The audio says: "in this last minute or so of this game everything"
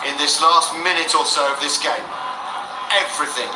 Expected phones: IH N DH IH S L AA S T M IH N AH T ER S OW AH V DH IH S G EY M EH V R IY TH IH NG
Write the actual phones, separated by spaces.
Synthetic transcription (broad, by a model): IH N DH IH S L AA S T M IH N AH T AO S OW AH V DH IH S G EY M EH V R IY TH IH NG